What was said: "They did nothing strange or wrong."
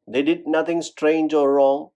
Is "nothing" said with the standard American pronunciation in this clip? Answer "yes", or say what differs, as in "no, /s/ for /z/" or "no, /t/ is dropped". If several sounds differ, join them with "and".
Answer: no, /t/ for /θ/